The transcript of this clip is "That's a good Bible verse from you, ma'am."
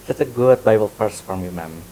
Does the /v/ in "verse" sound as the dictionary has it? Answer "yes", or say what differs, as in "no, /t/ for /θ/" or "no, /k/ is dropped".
no, /p/ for /v/